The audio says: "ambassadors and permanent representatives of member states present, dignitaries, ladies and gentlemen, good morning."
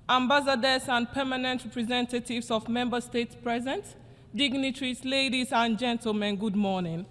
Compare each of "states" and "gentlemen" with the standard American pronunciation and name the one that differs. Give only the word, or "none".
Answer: none